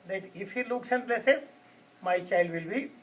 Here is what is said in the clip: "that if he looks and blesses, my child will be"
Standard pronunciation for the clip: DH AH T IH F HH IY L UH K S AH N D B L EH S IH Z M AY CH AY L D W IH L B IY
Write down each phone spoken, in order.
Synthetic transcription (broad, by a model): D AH T IH F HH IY L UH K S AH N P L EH S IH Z M AY CH AY L D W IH L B IY